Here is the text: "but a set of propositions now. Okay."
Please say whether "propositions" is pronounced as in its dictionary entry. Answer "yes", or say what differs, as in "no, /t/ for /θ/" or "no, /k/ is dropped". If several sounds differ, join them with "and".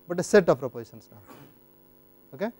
no, /s/ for /ʃ/ and /s/ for /z/